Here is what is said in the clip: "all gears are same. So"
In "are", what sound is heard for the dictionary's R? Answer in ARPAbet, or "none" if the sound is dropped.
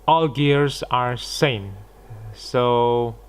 R